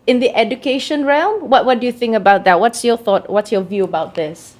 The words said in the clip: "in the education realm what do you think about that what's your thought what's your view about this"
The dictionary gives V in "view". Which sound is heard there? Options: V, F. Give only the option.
V